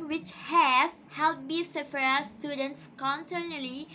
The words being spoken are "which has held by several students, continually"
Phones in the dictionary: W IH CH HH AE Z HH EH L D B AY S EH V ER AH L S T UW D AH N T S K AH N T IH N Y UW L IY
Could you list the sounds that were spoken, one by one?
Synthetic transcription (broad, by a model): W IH CH HH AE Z HH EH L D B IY S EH F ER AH S T UW D AH N T S K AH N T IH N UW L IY